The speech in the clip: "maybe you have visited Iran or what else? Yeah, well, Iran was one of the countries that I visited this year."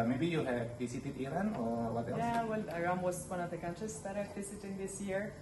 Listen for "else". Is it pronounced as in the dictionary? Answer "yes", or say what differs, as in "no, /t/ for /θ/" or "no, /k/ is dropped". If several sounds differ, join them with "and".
no, /s/ is dropped